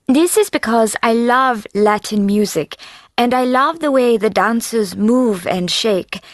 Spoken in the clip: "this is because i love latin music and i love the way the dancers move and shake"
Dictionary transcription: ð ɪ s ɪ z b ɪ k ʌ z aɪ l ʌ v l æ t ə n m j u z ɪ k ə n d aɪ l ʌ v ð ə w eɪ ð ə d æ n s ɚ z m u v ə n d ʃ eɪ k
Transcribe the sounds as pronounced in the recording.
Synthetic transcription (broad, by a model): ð ɪ s ɪ z b ɪ k ʌ z aɪ l ʌ v l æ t n m j u z ɪ k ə n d aɪ l ʌ v ð ə w eɪ ð ə d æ n s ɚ z m u v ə n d ʃ eɪ k